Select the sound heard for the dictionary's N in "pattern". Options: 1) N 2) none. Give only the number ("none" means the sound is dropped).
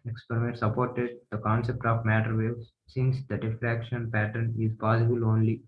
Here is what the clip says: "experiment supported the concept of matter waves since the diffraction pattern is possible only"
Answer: 1